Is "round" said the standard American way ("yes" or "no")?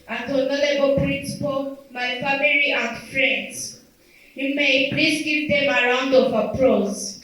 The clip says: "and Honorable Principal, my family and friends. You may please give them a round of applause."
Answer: yes